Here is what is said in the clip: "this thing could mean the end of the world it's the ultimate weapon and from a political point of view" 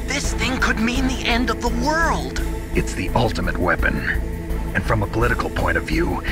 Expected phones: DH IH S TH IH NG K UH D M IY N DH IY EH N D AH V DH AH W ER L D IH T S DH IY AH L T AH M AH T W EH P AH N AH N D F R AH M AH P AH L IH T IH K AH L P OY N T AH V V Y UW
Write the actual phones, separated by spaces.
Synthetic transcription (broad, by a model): DH IH S TH IH NG K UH D M IY N DH IY EH N D AH V DH AH W ER L D IH T S DH IY AH L T AH M AH T W EH P AH N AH N F R AH M AH P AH L IH T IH K L P OY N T AH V V Y UW